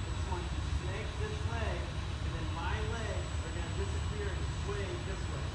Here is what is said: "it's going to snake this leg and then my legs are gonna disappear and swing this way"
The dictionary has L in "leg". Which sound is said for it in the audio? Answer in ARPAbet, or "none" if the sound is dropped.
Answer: W